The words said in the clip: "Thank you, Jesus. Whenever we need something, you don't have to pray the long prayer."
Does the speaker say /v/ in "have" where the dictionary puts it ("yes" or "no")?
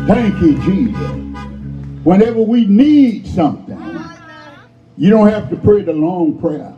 no